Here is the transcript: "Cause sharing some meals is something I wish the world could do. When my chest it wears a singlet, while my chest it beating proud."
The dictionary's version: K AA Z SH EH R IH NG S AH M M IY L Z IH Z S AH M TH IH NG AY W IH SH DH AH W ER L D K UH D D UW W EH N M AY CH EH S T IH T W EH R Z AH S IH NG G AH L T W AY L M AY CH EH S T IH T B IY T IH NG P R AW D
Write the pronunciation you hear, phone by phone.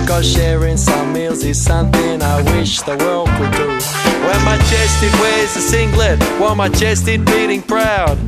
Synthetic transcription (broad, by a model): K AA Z SH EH R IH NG S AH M M IY L Z IH Z S AH M TH IH NG AY W IH SH DH AH W ER L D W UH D D UW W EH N M AY CH EH S T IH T W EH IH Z AH S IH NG G L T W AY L M AY CH EH S T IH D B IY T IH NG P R AW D